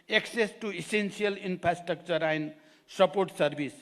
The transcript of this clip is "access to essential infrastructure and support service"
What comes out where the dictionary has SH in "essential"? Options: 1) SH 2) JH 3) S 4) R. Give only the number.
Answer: 3